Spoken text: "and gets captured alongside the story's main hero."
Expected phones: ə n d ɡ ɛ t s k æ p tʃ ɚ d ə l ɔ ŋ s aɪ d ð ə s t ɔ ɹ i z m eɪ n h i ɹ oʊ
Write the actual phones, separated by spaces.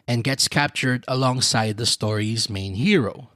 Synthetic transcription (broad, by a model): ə n ɡ ɛ t s k æ p tʃ ɚ d ə l ɔ ŋ s aɪ d ð ə s t ɔ ɹ i z m eɪ n h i ɹ oʊ